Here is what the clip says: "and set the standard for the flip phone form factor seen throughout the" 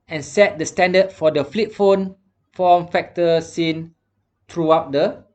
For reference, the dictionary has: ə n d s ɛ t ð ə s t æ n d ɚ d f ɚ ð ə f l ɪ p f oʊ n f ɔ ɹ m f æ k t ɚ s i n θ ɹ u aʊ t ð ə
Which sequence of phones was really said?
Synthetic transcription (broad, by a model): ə n s ɛ t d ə s t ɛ n d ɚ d f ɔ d ə f l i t f oʊ n f ɔ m f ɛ k t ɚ s i n t ɹ u aʊ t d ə